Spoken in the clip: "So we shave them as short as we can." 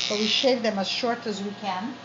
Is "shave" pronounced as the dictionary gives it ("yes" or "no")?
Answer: yes